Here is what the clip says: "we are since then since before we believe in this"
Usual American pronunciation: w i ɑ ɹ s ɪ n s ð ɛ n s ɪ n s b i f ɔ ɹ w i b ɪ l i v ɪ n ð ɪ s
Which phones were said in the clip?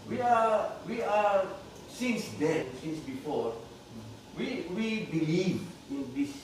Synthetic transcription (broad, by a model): w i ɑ w s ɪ n s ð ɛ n s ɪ n s b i f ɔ ɹ w i b ɪ l i v ɪ n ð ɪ s